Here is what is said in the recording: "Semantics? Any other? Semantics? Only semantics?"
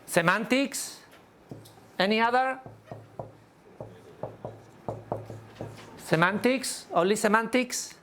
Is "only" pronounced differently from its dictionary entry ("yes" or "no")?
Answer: yes